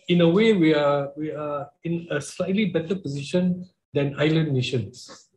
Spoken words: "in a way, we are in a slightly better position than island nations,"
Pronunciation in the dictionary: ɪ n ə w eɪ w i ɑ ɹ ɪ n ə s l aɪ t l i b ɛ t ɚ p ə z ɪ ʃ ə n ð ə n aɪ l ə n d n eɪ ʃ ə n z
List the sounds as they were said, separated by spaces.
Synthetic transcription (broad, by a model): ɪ n ə w eɪ w i ɑ w ɪ n ə s l aɪ t l i b ɛ t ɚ p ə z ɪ ʃ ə n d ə n aɪ l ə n n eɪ ʃ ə n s